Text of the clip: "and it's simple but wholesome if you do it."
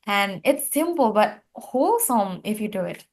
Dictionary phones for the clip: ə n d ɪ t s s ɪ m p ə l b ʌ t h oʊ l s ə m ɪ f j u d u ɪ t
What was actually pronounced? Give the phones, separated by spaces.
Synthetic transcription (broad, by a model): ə n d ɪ t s s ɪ m p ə l b ʌ t h oʊ l s ə m ɪ f j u d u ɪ t